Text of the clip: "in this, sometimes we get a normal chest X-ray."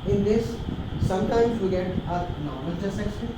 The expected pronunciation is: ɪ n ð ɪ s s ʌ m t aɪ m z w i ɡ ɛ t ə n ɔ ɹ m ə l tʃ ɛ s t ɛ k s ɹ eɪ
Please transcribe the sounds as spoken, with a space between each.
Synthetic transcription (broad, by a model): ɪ n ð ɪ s s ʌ m t aɪ m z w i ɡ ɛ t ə n ɔ ɹ m ə l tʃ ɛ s ɛ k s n